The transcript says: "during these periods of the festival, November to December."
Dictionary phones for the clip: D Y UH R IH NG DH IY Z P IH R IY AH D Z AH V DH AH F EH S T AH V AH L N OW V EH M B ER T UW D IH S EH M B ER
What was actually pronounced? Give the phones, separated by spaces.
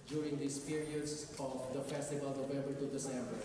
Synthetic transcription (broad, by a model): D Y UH R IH NG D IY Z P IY R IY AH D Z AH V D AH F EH S T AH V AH L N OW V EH B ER T UW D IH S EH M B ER